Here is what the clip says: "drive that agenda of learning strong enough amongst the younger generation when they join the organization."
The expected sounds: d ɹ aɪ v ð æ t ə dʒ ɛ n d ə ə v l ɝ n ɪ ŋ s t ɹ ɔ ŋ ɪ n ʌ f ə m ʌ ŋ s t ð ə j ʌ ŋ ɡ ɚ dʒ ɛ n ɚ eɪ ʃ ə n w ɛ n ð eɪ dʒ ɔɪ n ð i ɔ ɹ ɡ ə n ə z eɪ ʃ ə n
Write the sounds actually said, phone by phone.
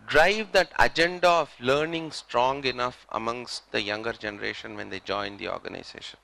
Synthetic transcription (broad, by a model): d ɹ aɪ v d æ t ə dʒ ɛ n d ə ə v l ɝ n ɪ ŋ s t ɹ ɔ ŋ ɪ n ʌ f ə m ʌ ŋ s t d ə j ʌ ŋ ɡ ɚ dʒ ɛ n ɚ eɪ ʃ ə n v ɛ n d eɪ dʒ ɔɪ n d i ɔ ɹ ɡ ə n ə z eɪ ʃ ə n